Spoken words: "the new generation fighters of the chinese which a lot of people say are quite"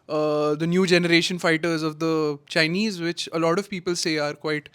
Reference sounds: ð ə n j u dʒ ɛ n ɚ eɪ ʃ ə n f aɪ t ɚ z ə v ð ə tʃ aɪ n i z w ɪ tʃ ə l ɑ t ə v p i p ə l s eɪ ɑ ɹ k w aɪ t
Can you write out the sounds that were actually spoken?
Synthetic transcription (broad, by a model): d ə n j u dʒ ɛ n ɚ eɪ ʃ ə n f aɪ t ɚ z ə v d ə tʃ aɪ n i z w ɪ tʃ ə l ɑ t ə v p i p ə l s eɪ ɑ ɹ k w aɪ t